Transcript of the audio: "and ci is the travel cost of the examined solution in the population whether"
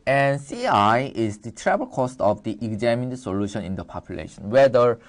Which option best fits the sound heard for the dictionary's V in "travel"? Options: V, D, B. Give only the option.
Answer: B